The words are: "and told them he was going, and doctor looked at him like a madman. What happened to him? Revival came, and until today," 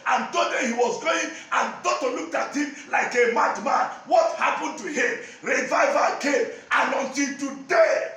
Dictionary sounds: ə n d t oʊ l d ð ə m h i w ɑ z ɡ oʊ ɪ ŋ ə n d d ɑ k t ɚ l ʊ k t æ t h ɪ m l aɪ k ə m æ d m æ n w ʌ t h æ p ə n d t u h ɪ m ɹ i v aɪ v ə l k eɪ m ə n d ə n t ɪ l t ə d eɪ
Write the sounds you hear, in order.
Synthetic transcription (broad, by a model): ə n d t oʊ d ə h i w ɑ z ɡ oʊ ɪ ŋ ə n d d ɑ t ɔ l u k t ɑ t h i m l aɪ k ə m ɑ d m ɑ n w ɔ t h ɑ p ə n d t u h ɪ m ɹ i v aɪ v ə k eɪ m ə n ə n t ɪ n t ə d eɪ